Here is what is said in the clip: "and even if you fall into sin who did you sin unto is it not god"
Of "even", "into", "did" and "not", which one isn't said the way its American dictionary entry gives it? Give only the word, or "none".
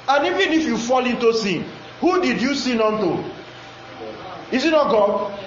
none